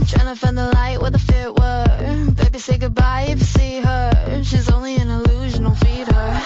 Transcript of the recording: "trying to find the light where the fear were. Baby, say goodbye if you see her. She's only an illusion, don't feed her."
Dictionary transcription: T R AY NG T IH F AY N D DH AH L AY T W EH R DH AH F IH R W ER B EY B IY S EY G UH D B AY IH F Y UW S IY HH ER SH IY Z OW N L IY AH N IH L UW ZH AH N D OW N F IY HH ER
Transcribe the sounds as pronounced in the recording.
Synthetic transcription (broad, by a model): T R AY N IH F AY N DH AH L AY T W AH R DH AH F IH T W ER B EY B IY S EY G UH D B AY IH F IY S IY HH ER SH IY Z OW N L IY AH N IH L UW ZH AH N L F IY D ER